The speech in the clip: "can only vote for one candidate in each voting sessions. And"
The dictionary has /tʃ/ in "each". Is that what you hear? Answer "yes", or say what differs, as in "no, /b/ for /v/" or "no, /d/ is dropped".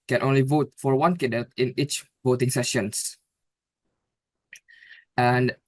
yes